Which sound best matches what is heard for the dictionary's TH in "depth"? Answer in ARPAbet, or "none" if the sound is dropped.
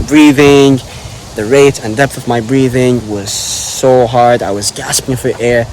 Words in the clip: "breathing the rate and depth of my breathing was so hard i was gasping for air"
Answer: TH